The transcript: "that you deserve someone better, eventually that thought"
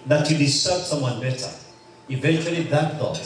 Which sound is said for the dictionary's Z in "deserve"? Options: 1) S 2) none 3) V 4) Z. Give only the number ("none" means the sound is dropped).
1